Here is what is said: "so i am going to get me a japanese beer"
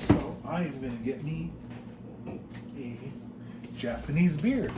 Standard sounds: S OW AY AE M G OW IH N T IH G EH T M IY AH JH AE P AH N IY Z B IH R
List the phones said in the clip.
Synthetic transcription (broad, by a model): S OW AY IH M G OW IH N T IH G EH T M IY AH JH AE P AH N IY Z B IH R